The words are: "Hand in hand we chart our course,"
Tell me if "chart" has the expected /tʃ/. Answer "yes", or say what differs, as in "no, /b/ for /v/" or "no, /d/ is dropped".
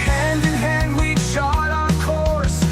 no, /ʃ/ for /tʃ/